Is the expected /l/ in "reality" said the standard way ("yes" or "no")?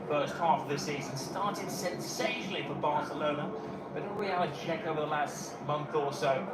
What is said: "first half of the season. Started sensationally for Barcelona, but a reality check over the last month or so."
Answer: no